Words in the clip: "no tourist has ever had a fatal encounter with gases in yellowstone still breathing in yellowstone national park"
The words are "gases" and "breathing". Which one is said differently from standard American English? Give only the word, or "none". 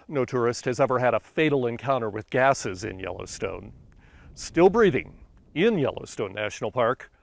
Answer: none